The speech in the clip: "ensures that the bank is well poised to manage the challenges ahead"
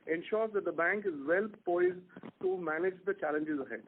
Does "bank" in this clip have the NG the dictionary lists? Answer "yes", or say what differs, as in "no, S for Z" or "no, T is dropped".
yes